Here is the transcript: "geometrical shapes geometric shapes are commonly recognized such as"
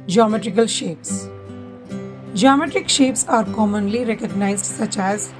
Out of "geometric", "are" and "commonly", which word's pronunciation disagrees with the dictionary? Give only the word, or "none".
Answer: none